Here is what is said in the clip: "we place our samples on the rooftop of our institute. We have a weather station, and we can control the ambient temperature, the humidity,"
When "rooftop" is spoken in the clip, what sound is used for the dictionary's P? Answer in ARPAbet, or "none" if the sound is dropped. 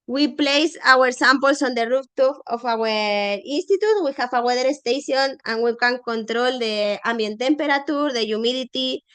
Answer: F